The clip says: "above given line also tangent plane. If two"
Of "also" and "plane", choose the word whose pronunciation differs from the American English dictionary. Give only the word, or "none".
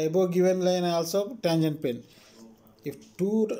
plane